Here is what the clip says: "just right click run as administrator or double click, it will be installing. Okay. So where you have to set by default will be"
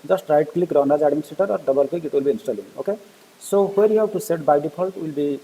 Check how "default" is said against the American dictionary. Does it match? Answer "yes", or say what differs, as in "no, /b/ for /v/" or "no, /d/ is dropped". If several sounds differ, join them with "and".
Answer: no, /p/ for /f/